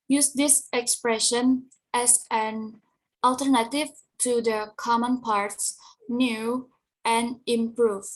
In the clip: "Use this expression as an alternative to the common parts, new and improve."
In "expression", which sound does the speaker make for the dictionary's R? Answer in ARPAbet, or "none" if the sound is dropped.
R